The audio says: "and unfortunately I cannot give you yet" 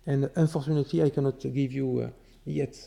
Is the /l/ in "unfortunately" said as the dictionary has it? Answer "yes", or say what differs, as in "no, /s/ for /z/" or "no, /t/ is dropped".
no, /l/ is dropped